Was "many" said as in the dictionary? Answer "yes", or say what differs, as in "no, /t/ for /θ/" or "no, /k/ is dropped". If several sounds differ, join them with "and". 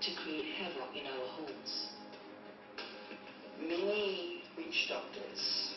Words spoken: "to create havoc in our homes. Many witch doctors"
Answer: no, /n/ is dropped